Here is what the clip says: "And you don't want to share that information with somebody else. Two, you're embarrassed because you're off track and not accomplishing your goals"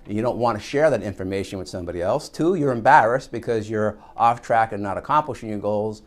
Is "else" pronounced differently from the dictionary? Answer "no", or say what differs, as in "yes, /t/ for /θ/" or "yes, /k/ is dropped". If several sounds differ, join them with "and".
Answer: no